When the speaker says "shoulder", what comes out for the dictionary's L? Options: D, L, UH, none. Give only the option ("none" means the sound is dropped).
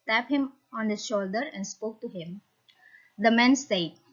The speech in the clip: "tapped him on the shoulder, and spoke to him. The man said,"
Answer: L